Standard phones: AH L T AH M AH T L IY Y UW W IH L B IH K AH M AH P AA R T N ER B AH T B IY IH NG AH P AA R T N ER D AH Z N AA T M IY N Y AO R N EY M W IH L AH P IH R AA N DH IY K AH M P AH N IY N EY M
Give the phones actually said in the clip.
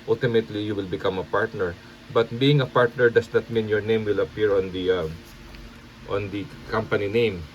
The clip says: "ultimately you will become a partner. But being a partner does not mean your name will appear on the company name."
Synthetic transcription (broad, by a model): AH L T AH M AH T L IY Y UW W IH L B IH K AH M AH P AA R T N ER B AH T B IY IH NG AH P AA R T N ER D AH S N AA T M IY N Y AO R N EY M W IH L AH P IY R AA N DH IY K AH M P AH N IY N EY M